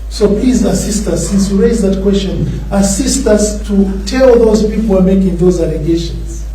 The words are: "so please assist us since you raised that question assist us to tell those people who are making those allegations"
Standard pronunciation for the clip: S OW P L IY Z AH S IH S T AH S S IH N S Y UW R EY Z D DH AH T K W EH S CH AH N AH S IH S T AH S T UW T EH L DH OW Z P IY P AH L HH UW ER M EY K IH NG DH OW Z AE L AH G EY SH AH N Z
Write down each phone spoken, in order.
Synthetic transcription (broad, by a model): S OW P L IY Z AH S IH S T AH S S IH N S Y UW R EY Z DH AH T K W EH S CH AH N AH S IH S T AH S T UW T EH L DH OW Z P IY P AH L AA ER M EY K IH NG DH OW Z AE L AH G EY SH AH N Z